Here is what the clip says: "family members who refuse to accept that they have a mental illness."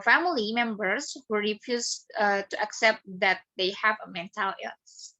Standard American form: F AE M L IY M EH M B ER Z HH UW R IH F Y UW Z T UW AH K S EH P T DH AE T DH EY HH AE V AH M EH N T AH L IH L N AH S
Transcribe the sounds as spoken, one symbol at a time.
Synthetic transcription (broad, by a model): F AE M L IY M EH M B ER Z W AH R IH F Y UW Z T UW AH K S EH P T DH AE T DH EY HH AE V AH M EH N T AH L L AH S